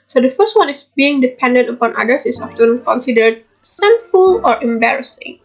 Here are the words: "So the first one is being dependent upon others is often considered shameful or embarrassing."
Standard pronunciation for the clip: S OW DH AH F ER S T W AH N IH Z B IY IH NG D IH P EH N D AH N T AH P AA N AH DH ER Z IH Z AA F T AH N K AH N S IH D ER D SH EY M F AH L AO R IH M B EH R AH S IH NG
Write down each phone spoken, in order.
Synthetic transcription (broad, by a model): S OW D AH F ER S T W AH N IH S B IY IH NG D IH P EH N D AH N T AH P AA N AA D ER S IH S AA F T AH N K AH N S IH D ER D S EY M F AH L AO R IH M B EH R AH S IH NG